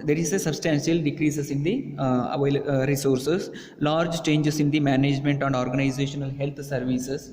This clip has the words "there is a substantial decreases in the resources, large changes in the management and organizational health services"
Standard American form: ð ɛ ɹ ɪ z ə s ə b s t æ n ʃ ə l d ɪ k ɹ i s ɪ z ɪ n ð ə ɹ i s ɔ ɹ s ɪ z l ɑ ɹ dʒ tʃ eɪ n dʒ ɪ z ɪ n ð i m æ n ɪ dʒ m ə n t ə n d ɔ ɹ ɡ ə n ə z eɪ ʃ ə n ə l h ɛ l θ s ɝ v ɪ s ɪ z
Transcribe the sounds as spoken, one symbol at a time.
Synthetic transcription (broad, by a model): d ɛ ɹ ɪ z ə s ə b s t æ n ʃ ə l d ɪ k ɹ i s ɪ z ɪ n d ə ɹ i s ɔ ɹ s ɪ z l ɑ ɹ dʒ tʃ eɪ n dʒ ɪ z ɪ n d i m æ n ɪ dʒ m ə n t ə n d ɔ ɹ ɡ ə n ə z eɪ ʃ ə n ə l h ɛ l t s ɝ v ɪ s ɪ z